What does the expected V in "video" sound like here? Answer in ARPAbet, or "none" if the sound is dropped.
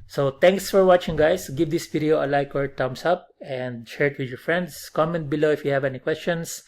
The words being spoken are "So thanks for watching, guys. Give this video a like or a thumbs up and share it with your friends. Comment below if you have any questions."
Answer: P